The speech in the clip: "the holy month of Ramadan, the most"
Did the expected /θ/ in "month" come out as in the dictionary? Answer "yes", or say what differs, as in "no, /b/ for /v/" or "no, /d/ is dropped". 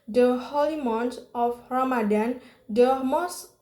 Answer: no, /t/ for /θ/